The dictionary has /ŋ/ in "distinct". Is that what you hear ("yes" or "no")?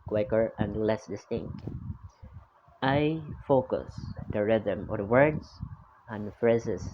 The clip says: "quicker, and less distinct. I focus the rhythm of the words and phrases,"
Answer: yes